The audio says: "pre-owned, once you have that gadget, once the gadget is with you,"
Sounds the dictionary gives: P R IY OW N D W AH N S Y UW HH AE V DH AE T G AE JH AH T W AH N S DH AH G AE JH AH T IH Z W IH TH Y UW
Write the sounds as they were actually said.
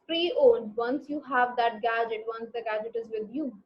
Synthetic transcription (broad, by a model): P R IY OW L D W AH N S Y UW HH AE V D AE T G AE JH AH T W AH N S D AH G AE JH AH T IH Z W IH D Y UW